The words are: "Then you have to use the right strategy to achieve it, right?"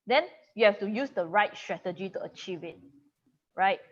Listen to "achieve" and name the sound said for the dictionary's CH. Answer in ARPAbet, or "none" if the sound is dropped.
CH